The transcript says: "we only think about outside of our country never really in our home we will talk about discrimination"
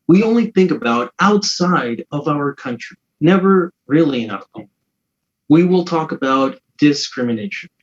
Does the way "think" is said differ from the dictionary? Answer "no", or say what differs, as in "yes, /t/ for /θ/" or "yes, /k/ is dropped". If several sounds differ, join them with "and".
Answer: no